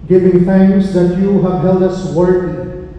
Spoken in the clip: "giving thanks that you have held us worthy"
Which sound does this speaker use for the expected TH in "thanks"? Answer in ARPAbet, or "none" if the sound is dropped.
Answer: F